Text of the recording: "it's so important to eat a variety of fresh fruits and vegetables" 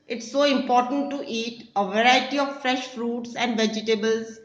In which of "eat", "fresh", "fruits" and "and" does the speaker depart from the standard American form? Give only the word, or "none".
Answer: none